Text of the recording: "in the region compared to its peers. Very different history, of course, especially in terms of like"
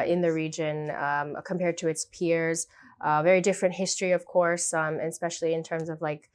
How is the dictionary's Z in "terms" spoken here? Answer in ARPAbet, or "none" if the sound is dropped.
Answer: Z